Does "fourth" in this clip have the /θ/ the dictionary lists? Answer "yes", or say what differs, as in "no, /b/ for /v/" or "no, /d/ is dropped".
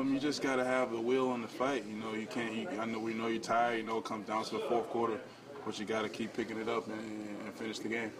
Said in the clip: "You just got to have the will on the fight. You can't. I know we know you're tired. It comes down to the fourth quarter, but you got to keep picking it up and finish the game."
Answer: yes